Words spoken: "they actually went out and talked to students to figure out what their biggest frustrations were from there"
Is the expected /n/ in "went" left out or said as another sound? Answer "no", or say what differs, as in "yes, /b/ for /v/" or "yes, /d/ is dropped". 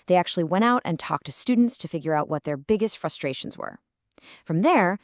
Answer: yes, /n/ is dropped